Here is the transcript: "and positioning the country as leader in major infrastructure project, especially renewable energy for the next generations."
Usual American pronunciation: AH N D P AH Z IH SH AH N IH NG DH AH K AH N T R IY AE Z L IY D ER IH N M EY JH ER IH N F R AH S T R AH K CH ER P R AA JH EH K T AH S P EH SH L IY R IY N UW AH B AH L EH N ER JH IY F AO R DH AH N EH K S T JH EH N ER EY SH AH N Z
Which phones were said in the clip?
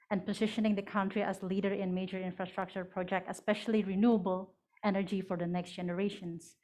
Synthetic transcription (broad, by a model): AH N P AH Z IH SH AH N IH NG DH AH K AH N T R IY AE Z L IY D ER IH N M EY JH ER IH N F R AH S T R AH K CH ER P R AA JH EH K T AH S P EH SH L IY R IY N UW AH B AH L EH N ER JH IY F AO R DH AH N EH K S T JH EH N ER EY SH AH N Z